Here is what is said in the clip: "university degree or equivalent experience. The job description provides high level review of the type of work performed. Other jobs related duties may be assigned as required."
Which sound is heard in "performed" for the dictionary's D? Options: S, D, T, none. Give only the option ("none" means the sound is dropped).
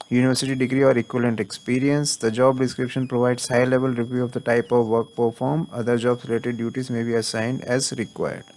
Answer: none